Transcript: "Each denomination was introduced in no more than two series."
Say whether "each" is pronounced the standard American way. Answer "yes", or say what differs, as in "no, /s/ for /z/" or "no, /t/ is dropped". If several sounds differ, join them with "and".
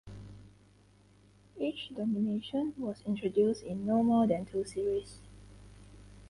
yes